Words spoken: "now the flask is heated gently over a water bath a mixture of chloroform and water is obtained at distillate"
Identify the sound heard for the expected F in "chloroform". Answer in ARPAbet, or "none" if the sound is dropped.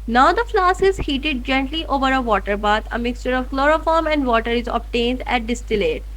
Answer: F